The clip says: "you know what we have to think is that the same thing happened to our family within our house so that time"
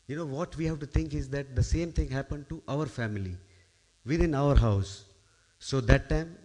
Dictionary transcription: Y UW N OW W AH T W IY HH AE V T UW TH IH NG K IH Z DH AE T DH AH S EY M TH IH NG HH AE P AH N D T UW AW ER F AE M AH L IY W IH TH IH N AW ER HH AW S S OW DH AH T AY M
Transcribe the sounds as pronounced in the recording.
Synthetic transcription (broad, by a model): Y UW N OW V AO T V IY HH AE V T UW T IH NG K IH Z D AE T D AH S EY M T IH NG HH AE P AH N D T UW AW ER F AE M AH L IY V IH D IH N AW ER HH AW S S OW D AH T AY M